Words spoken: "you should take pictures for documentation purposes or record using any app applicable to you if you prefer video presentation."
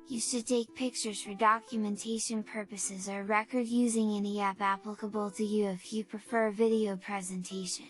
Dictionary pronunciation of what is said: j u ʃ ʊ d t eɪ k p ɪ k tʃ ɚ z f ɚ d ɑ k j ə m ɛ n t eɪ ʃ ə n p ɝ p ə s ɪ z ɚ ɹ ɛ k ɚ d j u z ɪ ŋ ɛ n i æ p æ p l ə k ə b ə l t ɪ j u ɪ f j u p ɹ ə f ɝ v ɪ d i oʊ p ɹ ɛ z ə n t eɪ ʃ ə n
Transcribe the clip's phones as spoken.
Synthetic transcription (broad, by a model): j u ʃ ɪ d t eɪ k p ɪ k tʃ ɚ z f ɚ d ɑ k j ə m ɛ n t eɪ ʃ ə n p ɝ p ə s ɪ z ɚ ɹ ɛ k ɚ d j u z ɪ ŋ ɛ n i æ p æ p l ə k ə b ə l t ɪ j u ɪ f j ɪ p ɹ ə f ɝ v ɪ d i oʊ p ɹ ɛ z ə n t eɪ ʃ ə n